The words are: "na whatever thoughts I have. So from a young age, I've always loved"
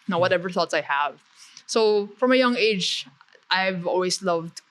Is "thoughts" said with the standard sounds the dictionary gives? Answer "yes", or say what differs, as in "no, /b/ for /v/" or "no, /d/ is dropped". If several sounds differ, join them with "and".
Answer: yes